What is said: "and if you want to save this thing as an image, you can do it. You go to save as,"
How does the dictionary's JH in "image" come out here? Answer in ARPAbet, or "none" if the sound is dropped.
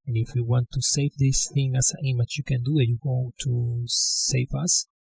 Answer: CH